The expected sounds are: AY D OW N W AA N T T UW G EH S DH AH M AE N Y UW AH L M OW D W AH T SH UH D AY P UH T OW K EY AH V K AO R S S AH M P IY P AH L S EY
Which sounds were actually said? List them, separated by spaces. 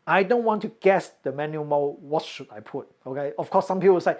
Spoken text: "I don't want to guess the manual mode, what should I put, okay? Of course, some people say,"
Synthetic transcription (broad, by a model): AY D OW N W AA N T T UW G EH S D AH M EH N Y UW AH M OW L W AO T SH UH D AY P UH T OW K EY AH F K AO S S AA M P IY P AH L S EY